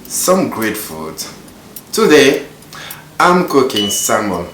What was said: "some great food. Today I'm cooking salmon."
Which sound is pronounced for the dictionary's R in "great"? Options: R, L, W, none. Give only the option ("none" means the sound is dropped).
R